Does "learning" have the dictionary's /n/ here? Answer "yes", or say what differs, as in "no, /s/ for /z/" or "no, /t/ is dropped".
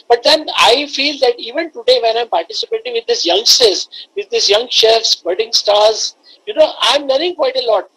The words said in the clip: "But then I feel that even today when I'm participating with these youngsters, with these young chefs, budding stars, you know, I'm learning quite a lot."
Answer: no, /n/ is dropped